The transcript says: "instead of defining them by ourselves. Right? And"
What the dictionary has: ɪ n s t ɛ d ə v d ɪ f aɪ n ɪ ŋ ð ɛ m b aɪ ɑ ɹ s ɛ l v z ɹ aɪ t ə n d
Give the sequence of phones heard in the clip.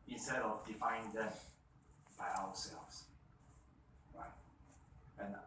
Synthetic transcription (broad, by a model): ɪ n s t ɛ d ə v d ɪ f aɪ ɪ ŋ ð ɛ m b aɪ ɑ w s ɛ l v s ɹ aɪ t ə n